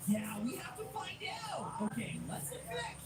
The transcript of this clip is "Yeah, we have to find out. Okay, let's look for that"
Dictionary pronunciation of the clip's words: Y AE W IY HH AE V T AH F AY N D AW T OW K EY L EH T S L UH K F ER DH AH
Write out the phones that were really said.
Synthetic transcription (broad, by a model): Y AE W IY HH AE F T AH F AY N D AW T OW K EY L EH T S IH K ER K